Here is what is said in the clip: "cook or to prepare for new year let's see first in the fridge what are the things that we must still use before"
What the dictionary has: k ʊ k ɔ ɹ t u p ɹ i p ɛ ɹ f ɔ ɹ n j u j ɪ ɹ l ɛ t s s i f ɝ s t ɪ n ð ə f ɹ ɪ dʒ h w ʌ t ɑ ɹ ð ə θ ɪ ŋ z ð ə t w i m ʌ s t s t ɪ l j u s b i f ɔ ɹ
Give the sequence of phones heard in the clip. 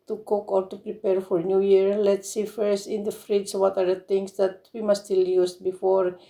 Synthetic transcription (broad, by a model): k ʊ k ɔ ɹ t u p ɹ i p ɛ ɹ f ɔ ɹ n j u j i ɹ l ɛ t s s i f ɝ s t ɪ n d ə f ɹ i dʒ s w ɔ t ɑ ɹ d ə t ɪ ŋ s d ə t w i m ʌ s s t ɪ l j u s b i f ɔ ɹ